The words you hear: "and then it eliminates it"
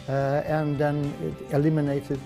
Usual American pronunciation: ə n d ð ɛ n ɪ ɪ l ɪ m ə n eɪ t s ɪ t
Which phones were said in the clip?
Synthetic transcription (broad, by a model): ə n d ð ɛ n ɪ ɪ l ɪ m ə n eɪ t ɪ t